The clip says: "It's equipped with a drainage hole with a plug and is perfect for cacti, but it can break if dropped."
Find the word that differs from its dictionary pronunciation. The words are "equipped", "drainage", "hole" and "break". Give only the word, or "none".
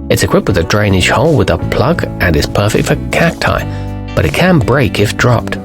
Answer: drainage